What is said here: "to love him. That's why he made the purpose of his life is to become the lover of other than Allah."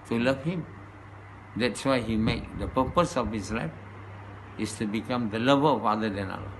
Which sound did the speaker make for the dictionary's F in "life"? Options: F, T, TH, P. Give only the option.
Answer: F